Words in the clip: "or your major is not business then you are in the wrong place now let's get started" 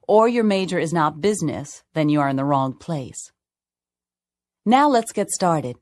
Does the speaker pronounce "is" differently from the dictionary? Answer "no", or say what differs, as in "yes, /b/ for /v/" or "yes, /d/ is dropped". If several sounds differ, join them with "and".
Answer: no